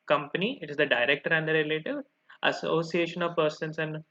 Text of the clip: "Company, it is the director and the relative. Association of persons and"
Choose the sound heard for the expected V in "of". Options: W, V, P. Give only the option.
V